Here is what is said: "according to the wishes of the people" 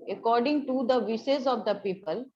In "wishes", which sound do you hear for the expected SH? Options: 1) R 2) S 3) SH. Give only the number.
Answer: 2